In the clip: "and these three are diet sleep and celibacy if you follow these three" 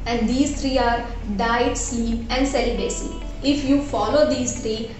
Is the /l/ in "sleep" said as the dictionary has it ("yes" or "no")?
no